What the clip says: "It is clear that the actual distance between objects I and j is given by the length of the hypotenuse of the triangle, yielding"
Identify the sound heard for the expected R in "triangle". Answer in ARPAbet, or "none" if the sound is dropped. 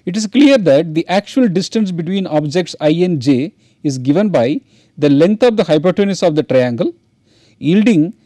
R